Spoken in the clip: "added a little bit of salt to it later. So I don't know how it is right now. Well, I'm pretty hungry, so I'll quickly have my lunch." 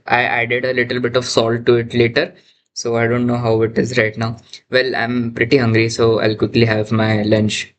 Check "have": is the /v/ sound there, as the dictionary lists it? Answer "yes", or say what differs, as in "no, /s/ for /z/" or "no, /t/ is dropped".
yes